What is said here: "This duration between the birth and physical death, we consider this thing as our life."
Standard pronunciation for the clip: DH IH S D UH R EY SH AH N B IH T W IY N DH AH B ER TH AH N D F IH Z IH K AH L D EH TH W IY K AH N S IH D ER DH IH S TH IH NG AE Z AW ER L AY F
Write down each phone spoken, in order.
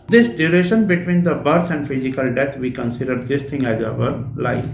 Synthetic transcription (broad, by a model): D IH S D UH R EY SH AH N B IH T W IY N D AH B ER S AH N D F IH Z IH K AH L D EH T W IY K AH N S IH D ER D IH S T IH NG AE Z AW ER L AY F